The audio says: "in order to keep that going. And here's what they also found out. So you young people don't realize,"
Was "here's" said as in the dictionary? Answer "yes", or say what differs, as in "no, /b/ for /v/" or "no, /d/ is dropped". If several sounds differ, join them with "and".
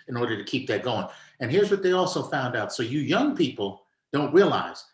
yes